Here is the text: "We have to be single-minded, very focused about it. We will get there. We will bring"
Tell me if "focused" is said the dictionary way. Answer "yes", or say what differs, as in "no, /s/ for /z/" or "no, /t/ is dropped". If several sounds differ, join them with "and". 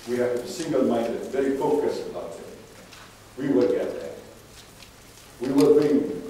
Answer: no, /t/ is dropped